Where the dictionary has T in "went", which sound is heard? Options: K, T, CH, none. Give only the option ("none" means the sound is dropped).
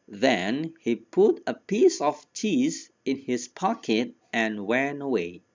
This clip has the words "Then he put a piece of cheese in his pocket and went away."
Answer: none